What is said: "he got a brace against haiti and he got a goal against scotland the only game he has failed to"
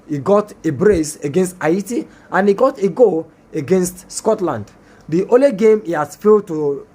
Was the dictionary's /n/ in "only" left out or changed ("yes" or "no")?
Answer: yes